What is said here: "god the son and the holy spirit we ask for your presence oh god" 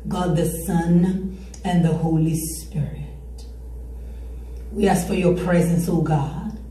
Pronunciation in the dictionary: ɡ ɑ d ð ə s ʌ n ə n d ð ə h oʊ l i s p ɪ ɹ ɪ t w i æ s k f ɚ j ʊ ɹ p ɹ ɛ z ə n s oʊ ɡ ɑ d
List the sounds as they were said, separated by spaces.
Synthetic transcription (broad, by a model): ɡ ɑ d ð ə s ʌ n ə n ð ə h oʊ l i s p ɪ ɹ ɪ t w i æ s k f ɚ j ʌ ɹ p ɹ ɛ z ə n s oʊ ɡ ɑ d